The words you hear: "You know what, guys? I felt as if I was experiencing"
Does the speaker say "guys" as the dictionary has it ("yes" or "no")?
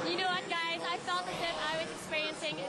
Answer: yes